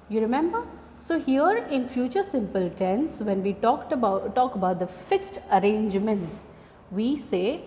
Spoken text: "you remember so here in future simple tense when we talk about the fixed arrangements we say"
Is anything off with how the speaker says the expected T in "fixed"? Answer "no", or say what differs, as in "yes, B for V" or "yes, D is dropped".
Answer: no